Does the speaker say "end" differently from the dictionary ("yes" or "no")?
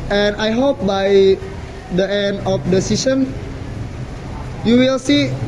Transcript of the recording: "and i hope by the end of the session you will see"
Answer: no